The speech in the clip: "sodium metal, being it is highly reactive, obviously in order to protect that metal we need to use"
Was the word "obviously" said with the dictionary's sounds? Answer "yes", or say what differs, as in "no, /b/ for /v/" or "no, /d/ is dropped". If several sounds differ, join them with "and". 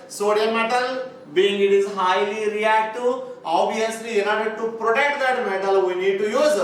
no, /v/ is dropped